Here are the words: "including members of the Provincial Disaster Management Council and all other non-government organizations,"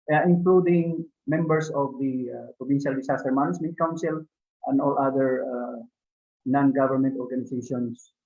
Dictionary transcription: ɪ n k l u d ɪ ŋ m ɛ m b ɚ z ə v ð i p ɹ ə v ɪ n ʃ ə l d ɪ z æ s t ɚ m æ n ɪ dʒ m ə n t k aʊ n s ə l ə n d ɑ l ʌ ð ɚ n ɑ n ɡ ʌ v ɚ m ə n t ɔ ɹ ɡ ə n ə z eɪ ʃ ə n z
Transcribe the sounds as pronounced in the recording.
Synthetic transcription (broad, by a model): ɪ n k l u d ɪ ŋ m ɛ m b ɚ s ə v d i p ɹ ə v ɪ n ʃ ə l d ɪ s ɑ s t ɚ m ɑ n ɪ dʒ m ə n t k aʊ n s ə l ə n d ɑ l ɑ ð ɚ n ɑ n ɡ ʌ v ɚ m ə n t ɔ ɹ ɡ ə n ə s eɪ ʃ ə n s